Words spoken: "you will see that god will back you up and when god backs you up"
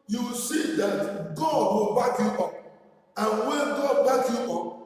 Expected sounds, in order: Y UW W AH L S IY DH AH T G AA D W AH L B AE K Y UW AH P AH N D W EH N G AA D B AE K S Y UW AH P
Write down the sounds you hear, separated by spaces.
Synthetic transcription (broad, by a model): Y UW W S IY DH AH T G AA D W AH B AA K Y UW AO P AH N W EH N G AA D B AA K Y UW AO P